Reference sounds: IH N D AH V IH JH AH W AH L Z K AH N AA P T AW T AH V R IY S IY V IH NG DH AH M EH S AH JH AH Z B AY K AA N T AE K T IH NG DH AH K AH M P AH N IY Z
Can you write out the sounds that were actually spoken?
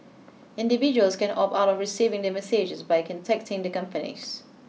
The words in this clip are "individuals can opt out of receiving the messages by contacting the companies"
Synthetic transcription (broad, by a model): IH N D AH V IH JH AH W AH L S K AH N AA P AW T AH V R IY S IY V IH NG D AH M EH S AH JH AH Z B AY K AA N T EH K T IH NG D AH K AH M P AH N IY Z